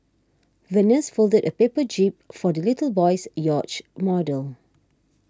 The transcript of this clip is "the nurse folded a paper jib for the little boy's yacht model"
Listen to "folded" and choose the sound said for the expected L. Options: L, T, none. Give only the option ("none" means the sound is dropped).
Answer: L